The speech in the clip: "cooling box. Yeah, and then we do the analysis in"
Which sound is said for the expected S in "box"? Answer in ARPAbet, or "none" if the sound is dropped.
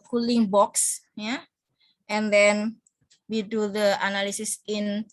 S